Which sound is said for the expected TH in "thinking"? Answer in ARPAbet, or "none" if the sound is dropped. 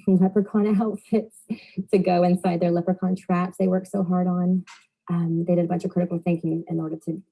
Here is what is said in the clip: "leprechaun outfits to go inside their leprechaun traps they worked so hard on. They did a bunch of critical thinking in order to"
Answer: TH